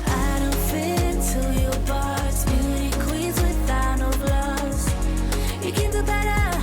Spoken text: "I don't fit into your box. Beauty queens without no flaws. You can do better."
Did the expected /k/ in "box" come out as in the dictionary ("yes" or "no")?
no